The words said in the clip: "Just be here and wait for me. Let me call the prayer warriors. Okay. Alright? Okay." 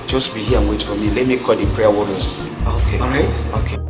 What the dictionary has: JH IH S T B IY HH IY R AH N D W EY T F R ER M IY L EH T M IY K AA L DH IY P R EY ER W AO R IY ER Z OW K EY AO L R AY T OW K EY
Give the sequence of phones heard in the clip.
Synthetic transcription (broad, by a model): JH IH S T B IY HH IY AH N W EY T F R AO M IY L EH T M IY K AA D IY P R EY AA W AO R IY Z OW K EY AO R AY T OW K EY